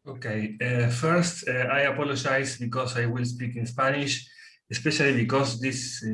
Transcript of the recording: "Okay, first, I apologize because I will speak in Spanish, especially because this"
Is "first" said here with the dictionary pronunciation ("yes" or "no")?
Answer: yes